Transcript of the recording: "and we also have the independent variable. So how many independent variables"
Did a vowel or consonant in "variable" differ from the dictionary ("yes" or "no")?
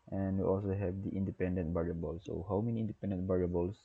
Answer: yes